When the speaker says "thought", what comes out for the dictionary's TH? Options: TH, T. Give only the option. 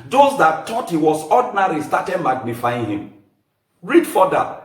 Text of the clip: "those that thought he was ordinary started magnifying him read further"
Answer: T